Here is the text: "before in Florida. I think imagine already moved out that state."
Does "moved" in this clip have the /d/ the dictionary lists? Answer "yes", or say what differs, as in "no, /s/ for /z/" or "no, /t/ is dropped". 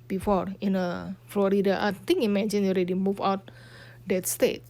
no, /d/ is dropped